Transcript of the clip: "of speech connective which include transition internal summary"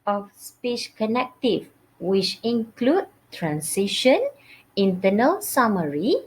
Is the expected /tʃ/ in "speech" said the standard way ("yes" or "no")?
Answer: no